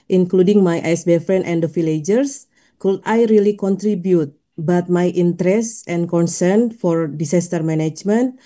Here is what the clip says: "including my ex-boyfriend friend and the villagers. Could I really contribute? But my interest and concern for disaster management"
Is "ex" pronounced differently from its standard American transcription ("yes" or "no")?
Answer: yes